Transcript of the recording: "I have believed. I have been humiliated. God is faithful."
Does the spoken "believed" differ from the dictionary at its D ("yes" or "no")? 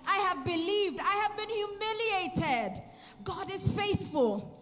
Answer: no